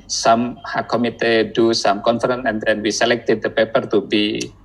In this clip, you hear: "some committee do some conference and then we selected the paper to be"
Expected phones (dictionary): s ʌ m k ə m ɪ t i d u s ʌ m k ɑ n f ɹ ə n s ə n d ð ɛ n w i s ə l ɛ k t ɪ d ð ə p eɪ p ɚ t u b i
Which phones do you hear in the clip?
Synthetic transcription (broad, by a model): s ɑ m k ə m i t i d u s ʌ m k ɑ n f ɹ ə n ə n d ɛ n w i s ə l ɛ k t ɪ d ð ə p eɪ p ɚ t u b i